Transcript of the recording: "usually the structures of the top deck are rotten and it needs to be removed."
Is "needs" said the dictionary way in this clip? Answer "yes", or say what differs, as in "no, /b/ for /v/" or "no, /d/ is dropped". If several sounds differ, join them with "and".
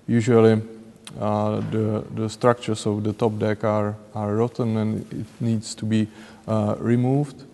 no, /s/ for /z/